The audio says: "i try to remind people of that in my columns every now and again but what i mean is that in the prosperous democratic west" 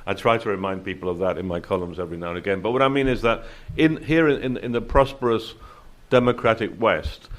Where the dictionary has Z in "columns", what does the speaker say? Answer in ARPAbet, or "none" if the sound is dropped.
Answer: Z